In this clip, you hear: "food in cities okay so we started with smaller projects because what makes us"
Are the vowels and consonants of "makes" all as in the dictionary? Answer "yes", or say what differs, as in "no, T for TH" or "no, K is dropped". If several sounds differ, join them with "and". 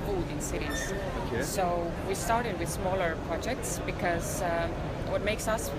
yes